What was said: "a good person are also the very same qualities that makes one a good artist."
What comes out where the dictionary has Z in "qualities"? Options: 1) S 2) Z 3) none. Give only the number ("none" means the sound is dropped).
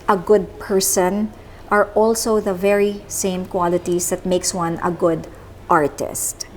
1